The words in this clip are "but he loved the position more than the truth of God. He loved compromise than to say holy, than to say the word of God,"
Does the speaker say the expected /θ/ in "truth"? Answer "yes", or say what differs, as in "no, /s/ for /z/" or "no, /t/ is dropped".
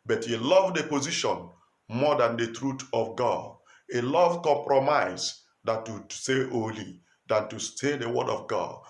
no, /t/ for /θ/